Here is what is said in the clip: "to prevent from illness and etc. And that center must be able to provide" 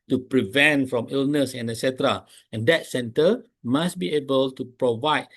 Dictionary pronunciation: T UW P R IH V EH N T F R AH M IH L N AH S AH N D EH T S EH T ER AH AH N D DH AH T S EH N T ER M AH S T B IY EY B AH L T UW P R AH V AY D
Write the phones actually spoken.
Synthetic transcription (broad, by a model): T UW P R IH V EH N T F R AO M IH L N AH S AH N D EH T S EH T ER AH AH N D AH T S EH N T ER M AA S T B IY EY B AH L T UW P R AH V AY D